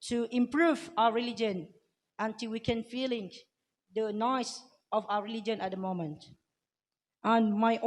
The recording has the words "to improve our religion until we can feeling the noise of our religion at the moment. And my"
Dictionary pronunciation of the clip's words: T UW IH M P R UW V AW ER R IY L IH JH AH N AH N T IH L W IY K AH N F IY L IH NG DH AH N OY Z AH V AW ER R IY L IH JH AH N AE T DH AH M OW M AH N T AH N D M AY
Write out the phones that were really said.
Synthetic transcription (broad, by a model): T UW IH M P R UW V AW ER R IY L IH JH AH N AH N T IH L W IY K AH N F IY L IH NG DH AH N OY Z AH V AW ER R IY L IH JH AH N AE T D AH M OW M AH N T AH N M AY